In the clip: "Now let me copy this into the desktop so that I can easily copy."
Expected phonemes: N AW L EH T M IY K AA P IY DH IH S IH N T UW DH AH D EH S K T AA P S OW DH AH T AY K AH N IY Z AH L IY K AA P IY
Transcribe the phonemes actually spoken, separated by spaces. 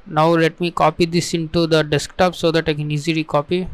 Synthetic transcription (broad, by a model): N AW L EH T M IY K AA P IY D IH S IH N T UW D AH D EH S K T AA P S OW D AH T AY K AH N IY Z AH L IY K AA P IY